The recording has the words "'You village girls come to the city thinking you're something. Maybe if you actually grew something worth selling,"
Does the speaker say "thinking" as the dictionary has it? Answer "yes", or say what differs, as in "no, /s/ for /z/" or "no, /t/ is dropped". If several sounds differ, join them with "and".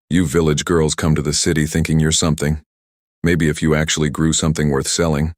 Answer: yes